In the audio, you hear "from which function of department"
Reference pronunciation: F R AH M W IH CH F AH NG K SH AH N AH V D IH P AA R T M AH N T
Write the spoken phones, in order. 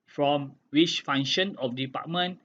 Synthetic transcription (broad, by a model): F R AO M W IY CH F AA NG SH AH N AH F D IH P AA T M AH N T